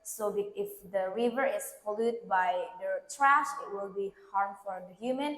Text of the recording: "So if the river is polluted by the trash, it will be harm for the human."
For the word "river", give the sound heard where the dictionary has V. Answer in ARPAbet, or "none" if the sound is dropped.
V